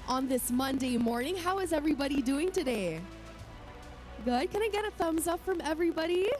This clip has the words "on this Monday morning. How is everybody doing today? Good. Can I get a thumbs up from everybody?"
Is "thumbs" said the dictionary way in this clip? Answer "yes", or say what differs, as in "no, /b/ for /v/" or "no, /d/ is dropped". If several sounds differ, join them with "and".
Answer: yes